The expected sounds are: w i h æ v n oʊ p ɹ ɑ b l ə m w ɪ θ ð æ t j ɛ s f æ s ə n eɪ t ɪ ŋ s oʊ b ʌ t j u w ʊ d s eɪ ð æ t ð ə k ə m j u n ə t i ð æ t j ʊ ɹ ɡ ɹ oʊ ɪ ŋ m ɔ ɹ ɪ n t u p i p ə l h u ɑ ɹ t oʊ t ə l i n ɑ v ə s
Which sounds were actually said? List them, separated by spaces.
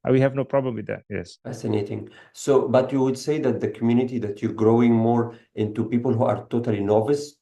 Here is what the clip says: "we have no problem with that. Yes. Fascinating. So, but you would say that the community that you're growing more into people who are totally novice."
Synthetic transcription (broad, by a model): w i h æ v n oʊ p ɹ ɑ b l ə m w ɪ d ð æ t j ɛ s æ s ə n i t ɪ ŋ s oʊ b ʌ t j u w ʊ d s eɪ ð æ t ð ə k ə m j u n ə t i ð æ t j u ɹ ɡ ɹ oʊ ɪ ŋ m ɔ ɹ ɪ n t u p i p ə l h u ɑ ɹ t oʊ t ə l i n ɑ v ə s